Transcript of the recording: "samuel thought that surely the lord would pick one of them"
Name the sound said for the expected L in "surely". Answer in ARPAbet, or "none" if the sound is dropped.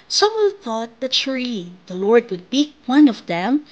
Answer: none